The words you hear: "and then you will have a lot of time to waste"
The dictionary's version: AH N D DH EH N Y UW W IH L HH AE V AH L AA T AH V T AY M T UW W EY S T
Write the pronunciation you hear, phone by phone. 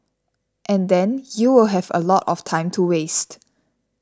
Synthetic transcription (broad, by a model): AH N D EH N Y UW W IH L HH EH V AH L AA T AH F T AY M T UW W EY S T